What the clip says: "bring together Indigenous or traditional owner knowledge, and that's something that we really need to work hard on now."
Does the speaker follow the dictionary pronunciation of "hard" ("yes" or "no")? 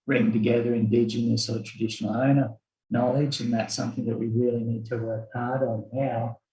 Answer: yes